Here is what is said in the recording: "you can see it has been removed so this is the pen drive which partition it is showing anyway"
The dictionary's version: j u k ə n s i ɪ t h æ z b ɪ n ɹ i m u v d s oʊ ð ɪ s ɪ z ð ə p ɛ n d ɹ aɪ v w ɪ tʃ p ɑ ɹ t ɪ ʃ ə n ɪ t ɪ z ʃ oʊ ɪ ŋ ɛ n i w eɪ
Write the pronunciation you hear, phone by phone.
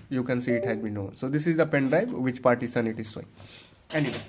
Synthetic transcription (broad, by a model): j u k ə n s i ɪ t h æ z b ɪ n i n s oʊ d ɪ s ɪ z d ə p ɛ n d ɹ aɪ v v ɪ tʃ p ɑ ɹ t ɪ s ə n ɪ t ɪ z s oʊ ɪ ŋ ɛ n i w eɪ